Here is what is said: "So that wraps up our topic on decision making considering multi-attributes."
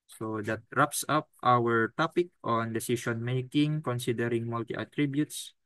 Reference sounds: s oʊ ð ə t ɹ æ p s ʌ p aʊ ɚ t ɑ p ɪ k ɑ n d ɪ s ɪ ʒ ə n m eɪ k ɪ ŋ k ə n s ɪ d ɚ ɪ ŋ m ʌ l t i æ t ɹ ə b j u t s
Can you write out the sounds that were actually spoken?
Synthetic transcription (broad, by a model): s oʊ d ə t ɹ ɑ p s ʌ p aʊ ɚ t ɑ p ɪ k ɑ n d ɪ s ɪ s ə n m eɪ k ɪ ŋ k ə n s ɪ d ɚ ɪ ŋ m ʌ l t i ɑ t ɹ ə b j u t s